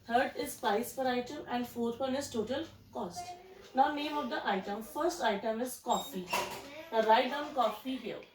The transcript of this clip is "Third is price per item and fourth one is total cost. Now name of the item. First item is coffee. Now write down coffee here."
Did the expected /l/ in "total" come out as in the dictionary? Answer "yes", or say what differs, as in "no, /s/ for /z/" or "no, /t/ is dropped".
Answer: yes